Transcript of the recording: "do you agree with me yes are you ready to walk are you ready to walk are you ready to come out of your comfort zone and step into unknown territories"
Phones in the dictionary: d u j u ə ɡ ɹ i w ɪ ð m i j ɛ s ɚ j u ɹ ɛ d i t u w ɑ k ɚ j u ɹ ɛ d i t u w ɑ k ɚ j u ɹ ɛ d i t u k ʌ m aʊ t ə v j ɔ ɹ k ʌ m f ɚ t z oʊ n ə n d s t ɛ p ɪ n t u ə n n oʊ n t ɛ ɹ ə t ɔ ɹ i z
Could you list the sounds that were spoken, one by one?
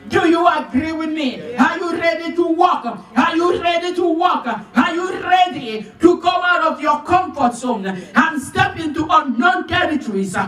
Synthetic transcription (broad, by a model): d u j u ə ɡ ɹ i w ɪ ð m i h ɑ j u ɹ ɛ d i t u w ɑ k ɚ j u ɹ ɛ d i t u w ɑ k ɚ j u ɹ ɛ d i t u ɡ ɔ aʊ t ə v j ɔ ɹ k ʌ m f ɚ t s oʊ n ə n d s t ɛ p ɪ n t u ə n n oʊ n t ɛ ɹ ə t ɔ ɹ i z